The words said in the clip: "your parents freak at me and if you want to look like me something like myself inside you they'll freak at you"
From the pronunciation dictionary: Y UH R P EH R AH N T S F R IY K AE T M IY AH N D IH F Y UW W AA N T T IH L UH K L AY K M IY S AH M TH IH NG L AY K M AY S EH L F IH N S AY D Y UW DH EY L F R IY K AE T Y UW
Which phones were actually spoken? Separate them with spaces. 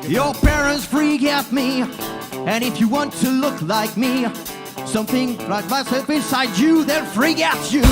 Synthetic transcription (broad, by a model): Y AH R P EH R AH N T S F R IY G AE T M IY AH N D IH F Y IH W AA N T T IH L UH K L AY K M IY S AH M TH IH NG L AY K M AY S EH L F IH N S AY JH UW DH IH N F R IY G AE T Y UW